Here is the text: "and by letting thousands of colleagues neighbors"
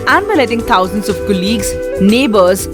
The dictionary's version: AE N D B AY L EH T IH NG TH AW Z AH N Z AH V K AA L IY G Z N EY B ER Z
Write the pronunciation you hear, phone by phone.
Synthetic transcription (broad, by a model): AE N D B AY L EH T IH NG T AW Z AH N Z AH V K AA L IY G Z N EY B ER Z